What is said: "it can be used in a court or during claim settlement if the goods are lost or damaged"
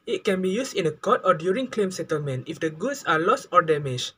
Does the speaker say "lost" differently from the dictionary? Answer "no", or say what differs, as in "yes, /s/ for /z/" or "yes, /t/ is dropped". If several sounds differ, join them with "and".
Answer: no